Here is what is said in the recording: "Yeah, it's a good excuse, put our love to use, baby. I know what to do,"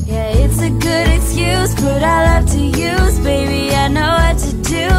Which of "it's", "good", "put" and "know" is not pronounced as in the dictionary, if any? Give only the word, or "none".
put